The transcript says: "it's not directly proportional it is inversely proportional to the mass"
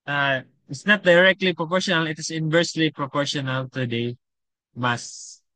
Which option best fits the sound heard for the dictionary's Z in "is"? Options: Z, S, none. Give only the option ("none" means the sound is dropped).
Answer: S